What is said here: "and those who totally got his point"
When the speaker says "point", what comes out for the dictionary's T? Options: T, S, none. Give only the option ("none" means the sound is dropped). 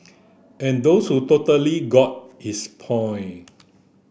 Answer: none